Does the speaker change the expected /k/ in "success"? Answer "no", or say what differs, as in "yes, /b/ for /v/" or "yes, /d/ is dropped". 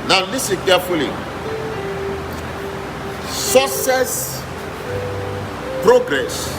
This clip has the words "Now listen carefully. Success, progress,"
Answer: yes, /k/ is dropped